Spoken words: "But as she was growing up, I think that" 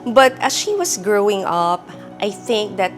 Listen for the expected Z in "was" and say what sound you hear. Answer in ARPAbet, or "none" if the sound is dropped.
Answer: S